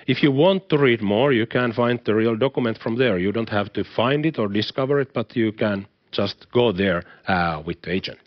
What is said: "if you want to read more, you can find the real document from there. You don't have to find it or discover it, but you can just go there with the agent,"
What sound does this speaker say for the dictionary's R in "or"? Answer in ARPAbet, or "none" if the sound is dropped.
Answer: R